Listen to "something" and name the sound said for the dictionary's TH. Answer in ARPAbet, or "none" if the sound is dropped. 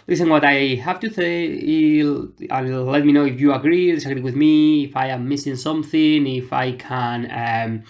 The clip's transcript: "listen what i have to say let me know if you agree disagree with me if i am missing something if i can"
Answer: TH